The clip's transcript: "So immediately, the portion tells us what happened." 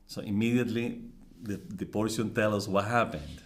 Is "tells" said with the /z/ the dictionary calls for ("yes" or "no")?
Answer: no